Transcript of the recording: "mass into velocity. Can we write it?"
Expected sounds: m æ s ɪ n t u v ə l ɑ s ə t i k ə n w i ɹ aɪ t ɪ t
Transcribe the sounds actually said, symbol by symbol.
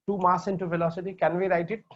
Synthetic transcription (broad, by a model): m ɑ s ɪ n t u f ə l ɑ s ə t i k ə n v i ɹ aɪ t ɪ t